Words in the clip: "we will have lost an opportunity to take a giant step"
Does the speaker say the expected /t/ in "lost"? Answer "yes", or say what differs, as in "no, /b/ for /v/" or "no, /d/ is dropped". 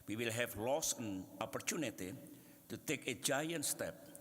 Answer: no, /t/ is dropped